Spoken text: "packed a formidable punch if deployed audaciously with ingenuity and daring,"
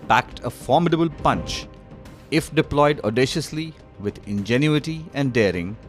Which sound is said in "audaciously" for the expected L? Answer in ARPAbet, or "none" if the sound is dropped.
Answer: L